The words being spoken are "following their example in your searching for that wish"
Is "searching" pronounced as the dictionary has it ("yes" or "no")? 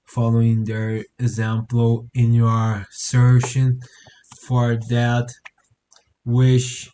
no